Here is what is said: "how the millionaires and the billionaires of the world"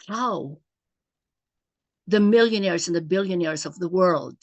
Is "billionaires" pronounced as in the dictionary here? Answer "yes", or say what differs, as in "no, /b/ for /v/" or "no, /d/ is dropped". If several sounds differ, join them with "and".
yes